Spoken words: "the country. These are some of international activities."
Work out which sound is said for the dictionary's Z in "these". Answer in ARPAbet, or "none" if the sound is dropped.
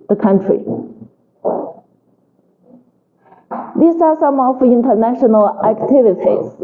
S